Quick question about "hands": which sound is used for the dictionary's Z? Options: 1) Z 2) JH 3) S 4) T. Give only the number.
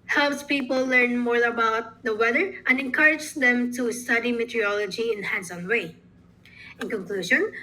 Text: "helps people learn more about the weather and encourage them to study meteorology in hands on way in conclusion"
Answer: 3